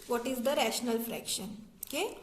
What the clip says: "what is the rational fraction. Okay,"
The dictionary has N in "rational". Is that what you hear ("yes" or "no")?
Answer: yes